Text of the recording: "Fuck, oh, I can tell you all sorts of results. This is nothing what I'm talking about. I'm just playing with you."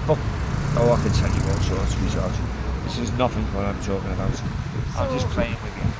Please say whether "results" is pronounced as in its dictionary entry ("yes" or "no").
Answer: no